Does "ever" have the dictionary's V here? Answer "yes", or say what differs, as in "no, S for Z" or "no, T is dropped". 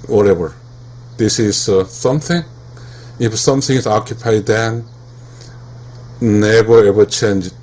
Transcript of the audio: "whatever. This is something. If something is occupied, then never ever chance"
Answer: no, W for V